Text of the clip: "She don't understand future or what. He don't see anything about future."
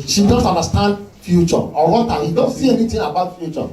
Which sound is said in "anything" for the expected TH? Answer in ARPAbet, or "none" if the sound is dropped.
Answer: T